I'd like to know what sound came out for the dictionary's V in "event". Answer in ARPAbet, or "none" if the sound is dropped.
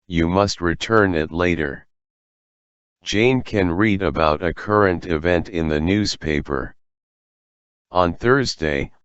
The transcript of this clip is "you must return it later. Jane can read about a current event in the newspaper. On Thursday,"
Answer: V